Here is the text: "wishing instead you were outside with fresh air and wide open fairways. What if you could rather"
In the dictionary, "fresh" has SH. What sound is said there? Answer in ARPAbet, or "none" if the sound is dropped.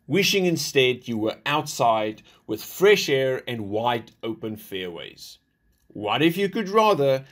SH